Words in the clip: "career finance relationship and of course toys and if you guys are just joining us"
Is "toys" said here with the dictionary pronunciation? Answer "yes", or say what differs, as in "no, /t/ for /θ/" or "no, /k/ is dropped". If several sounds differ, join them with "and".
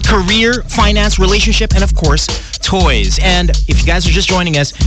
yes